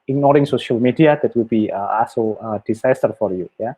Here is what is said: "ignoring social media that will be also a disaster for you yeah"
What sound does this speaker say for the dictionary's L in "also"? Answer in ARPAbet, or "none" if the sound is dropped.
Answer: none